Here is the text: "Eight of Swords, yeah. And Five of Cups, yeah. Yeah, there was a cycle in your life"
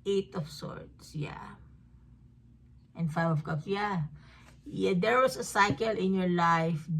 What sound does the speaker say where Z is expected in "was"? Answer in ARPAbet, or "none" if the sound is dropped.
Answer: S